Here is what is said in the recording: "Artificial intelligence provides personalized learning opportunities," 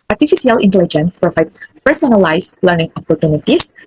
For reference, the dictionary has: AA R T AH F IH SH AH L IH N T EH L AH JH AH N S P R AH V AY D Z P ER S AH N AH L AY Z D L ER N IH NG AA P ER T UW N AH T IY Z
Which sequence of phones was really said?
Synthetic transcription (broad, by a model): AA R T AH F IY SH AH L IH N T EH L AH JH AH N S P R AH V AY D P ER S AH N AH L AY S L ER N IH NG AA P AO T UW N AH T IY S